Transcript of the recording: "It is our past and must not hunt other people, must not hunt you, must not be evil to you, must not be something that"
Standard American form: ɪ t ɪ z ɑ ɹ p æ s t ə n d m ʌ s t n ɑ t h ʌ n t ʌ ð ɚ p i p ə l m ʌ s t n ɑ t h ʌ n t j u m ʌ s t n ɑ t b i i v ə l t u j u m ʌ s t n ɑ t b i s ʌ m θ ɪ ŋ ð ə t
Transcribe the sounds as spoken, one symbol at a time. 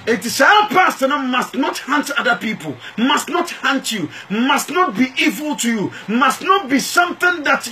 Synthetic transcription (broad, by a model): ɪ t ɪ s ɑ l p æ s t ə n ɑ m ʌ s t n ɑ t h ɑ n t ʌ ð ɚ p i p ə l m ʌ s t n ɑ t h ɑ n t j u m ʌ s t n ɑ t b i i v ə l t u j u m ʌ s t n ɑ t b i s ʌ m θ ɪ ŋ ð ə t